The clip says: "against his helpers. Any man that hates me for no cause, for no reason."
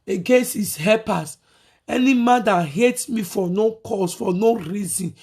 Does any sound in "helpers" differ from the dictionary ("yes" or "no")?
yes